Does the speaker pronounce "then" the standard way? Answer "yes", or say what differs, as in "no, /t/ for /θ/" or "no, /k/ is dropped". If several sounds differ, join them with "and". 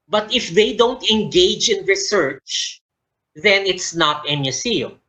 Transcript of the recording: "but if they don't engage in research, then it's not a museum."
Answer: yes